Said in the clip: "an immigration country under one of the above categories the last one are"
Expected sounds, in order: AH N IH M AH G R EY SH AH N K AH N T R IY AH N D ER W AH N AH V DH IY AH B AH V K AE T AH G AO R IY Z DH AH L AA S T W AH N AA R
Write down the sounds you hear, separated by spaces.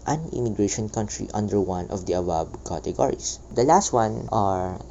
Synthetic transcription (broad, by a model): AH N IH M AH G R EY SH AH N K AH N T R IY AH N D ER W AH N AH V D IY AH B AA B K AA T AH G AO R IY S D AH L AA S T W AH N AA R